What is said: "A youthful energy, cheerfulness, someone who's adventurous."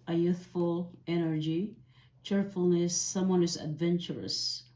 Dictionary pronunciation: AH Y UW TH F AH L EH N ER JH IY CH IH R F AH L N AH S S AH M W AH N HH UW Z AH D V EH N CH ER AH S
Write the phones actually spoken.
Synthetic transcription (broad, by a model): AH Y UW TH F AH L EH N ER JH IY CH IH R F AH L N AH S S AH M W AH N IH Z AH D V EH N CH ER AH S